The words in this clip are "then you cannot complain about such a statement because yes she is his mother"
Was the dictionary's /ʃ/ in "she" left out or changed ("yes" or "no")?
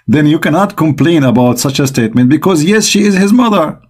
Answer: no